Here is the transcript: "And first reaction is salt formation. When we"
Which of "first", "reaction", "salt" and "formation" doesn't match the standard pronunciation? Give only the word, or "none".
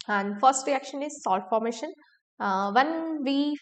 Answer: none